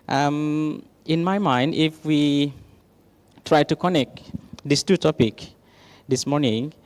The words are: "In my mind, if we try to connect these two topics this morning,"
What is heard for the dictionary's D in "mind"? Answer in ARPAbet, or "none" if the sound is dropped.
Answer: D